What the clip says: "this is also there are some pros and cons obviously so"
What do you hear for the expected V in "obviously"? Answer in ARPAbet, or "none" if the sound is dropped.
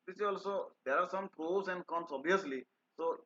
none